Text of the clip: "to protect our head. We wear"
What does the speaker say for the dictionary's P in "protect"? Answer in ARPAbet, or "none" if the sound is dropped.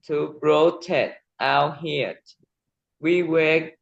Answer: B